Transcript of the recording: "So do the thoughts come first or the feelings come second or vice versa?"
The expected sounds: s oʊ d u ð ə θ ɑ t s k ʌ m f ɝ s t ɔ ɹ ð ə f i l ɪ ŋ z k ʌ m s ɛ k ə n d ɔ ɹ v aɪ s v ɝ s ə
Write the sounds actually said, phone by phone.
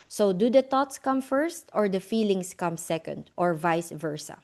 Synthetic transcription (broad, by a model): s oʊ d u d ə t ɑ t s k ʌ m f ɝ s t ɔ ɹ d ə f i l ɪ ŋ s k ʌ m s ɛ k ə n d ɔ ɹ v aɪ s v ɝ s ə